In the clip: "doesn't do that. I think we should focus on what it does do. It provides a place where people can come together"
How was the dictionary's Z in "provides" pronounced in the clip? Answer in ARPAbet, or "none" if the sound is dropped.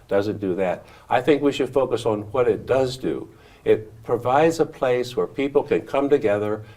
Z